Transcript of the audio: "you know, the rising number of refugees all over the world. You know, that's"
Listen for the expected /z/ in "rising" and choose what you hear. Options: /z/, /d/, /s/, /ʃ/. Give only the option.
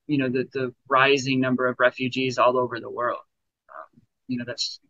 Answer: /z/